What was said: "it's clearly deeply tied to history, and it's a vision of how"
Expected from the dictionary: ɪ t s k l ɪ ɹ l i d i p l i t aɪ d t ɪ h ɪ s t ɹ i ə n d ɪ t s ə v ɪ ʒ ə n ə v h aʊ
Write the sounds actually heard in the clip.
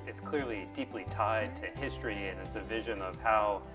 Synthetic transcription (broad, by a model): ɪ t s k l ɪ ɹ l i d i p l i t aɪ d t ɪ h ɪ s t ɹ i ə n ɪ t s ə v ɪ ʒ ə n ə v h aʊ